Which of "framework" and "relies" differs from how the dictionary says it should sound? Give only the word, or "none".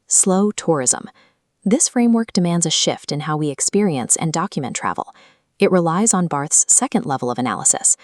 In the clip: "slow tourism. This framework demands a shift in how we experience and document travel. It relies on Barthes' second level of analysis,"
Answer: none